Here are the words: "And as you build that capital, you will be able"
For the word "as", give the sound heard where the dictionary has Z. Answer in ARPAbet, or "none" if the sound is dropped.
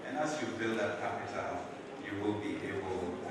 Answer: S